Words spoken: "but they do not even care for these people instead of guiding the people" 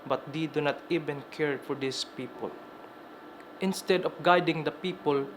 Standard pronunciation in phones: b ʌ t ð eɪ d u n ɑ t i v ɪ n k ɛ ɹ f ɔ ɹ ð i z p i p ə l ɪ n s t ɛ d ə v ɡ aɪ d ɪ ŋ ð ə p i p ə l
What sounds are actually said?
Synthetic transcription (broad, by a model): b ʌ t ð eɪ d u n ɑ t i v ɪ n k ɛ ɹ f ɔ ɹ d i s p i p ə l ɪ n s t ɛ d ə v ɡ aɪ d ɪ ŋ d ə p i p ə l